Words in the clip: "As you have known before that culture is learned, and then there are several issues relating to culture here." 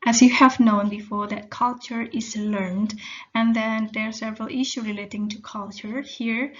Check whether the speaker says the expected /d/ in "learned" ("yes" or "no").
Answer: yes